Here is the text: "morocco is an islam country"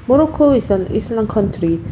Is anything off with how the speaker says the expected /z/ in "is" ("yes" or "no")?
yes